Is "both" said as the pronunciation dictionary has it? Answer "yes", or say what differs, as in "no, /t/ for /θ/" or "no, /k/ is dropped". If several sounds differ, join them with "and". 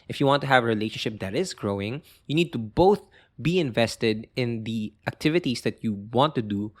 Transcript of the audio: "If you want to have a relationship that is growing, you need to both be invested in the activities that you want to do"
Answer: yes